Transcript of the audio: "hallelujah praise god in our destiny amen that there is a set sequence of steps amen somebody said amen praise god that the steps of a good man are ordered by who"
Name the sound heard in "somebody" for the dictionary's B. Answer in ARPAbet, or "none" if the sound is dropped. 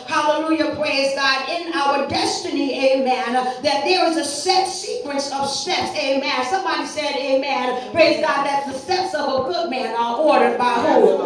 B